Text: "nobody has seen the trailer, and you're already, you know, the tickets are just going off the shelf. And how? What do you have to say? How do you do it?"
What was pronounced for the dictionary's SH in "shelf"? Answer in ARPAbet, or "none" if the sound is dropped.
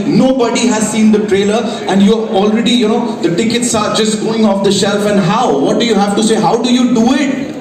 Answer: SH